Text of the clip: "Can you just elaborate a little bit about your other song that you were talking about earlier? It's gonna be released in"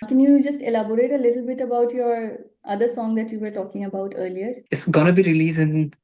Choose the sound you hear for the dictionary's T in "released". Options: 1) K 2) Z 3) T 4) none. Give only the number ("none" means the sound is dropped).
4